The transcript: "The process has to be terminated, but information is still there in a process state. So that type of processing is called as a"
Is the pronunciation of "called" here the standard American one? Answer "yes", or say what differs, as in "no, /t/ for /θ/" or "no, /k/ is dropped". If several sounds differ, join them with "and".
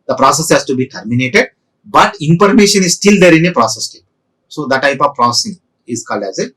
yes